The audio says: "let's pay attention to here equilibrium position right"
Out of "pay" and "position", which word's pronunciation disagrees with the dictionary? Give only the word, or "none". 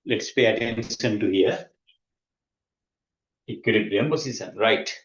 position